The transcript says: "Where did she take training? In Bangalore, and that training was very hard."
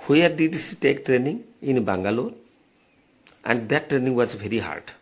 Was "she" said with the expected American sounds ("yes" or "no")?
no